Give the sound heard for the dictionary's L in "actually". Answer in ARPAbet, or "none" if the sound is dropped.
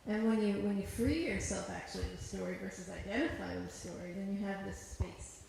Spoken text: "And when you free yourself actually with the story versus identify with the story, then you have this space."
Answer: none